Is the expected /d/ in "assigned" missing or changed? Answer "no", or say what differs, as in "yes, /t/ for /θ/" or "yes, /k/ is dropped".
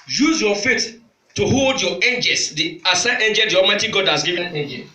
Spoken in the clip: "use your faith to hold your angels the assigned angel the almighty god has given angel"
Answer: yes, /d/ is dropped